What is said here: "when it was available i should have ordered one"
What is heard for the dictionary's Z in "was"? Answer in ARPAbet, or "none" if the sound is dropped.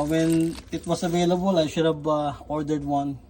S